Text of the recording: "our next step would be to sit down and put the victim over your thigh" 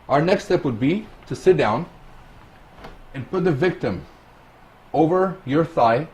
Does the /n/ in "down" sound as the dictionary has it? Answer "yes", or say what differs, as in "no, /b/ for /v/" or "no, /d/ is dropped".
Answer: yes